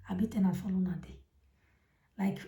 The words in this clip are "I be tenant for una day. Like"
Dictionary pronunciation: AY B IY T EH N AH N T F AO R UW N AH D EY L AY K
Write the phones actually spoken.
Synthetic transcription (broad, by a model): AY B IY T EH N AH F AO L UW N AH D EY L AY K